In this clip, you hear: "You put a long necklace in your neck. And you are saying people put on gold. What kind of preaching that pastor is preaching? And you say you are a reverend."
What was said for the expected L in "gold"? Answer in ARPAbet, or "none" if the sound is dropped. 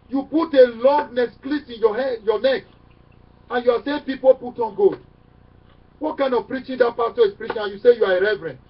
none